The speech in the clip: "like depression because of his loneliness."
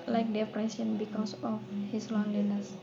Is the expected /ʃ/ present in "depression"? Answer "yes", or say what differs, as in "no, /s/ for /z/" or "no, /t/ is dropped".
no, /s/ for /ʃ/